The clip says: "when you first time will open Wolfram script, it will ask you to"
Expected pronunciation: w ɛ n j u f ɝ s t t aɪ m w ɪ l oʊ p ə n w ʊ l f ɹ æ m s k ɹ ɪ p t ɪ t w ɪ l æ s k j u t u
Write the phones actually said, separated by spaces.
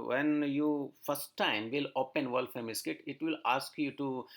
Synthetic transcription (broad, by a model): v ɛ n j u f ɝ s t t aɪ m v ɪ l oʊ p ə n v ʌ l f ɛ m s k ɪ t ɪ t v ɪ l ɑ s k j u t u